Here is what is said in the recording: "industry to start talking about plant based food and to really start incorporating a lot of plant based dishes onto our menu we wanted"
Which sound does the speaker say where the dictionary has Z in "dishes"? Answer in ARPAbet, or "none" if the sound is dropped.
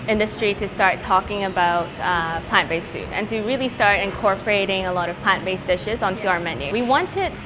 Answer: Z